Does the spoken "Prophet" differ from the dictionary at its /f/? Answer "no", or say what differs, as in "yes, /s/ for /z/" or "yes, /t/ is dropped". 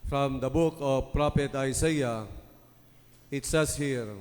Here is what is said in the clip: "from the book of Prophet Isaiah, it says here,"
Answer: yes, /p/ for /f/